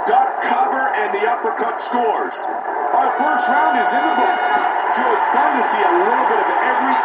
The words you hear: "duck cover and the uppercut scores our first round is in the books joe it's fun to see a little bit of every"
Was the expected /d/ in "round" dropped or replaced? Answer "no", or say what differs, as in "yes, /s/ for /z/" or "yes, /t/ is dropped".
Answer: no